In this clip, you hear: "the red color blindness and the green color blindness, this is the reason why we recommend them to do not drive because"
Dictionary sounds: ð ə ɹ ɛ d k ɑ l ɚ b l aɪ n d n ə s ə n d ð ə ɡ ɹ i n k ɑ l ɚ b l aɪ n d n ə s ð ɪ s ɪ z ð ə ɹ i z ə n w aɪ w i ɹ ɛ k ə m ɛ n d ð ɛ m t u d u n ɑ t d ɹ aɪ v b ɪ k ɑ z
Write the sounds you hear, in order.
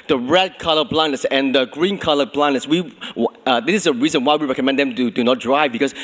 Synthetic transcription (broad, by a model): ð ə ɹ ɛ d k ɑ l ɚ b l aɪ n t s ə n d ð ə ɡ ɹ i n k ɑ l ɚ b l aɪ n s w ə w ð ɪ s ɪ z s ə ɹ i z ə n w aɪ w i ɹ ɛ k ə m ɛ n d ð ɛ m t u d u n ɑ t d ɹ aɪ v b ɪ k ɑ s